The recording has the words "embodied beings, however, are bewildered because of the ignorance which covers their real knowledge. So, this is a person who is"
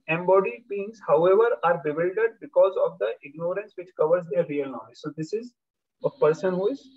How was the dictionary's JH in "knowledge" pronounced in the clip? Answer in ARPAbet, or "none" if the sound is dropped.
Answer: Z